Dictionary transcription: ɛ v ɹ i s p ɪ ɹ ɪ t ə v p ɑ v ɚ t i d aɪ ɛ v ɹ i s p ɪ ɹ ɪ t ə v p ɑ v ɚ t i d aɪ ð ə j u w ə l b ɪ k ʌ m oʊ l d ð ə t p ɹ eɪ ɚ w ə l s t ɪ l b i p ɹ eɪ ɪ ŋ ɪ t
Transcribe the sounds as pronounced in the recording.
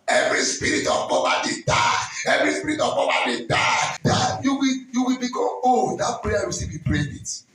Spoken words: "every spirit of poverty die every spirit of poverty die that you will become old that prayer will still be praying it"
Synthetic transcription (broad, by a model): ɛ v ɹ i s p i ɹ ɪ t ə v b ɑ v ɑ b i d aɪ ɛ v ɹ i s p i ɹ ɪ t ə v b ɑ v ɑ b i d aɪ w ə j u w ə l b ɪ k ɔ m oʊ d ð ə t p ɹ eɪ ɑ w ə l s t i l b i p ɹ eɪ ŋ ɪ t